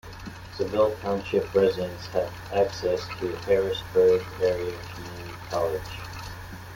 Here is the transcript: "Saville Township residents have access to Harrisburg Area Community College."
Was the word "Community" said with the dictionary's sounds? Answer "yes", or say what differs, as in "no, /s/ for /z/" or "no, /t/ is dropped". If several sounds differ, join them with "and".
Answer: no, /n/ is dropped